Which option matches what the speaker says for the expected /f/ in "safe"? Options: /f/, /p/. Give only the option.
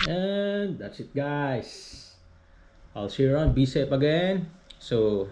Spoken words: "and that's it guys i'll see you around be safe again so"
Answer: /p/